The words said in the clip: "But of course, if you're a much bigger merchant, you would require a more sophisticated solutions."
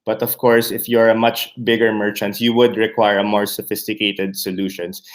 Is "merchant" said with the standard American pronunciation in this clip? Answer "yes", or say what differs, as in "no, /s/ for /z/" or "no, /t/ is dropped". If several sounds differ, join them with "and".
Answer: yes